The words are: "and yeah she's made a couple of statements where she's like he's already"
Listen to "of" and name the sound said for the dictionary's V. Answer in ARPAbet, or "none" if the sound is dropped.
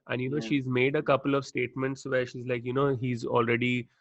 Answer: V